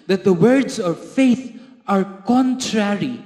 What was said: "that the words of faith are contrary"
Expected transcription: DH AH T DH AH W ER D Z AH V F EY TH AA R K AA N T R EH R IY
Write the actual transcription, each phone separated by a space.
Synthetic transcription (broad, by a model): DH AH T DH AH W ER D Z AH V F EY T AA R K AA N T R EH R IY